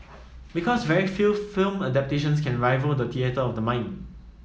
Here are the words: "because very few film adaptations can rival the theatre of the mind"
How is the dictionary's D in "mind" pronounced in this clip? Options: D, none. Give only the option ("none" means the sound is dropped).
none